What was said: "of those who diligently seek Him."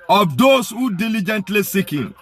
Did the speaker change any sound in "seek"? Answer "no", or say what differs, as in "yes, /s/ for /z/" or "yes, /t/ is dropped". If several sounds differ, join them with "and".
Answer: no